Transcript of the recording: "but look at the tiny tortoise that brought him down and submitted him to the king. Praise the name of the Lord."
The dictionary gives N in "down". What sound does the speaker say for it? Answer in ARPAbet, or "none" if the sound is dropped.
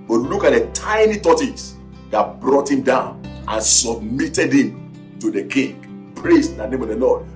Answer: N